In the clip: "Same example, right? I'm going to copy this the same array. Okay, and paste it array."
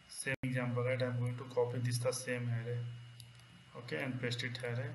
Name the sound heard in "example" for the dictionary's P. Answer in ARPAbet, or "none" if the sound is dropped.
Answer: B